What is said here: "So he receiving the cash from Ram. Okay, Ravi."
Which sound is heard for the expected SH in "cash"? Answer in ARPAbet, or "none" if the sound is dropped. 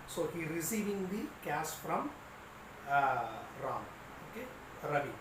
S